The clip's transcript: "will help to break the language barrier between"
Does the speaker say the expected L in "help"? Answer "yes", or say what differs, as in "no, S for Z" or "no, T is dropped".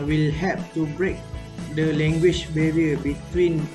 no, L is dropped